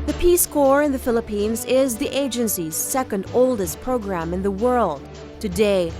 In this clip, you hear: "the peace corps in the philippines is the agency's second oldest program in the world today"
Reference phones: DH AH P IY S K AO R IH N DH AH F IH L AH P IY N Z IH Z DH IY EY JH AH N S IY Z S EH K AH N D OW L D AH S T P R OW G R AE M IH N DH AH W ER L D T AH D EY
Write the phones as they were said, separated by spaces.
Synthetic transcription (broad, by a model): DH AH P IY S K AO R IH N DH AH F IH L AH P IY N Z IH Z DH IY EY JH AH N S IY Z S EH K AH N D OW L D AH S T P R OW G R AE M IH N DH AH W ER L D T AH D EY